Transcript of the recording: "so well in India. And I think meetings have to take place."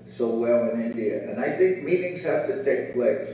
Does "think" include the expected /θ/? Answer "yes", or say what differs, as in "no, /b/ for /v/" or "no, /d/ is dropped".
yes